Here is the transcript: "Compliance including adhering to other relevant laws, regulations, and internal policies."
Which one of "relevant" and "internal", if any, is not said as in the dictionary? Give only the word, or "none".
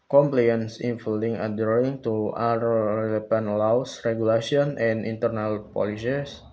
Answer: relevant